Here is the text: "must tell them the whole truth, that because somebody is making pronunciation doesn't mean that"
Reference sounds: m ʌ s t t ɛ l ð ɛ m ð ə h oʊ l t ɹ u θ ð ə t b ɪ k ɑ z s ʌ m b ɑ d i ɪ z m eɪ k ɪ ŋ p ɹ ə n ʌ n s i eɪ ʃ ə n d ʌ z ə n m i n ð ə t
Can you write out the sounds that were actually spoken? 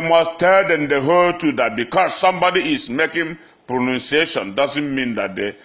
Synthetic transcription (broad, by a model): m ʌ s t t ɛ l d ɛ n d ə h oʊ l t u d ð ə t b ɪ k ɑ s ʌ m b ɑ d i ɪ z m eɪ k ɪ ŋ p ɹ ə n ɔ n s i eɪ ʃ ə n d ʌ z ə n m i n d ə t